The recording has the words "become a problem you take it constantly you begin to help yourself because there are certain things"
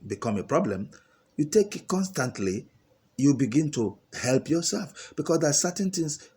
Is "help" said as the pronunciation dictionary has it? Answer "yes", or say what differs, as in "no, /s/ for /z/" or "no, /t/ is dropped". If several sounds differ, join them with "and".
yes